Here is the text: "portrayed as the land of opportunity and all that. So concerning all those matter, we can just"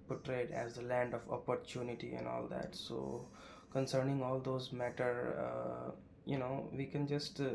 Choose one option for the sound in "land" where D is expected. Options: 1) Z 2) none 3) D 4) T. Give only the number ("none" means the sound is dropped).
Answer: 3